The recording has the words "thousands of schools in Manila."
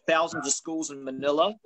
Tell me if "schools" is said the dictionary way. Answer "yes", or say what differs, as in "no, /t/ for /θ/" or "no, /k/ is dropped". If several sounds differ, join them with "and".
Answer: yes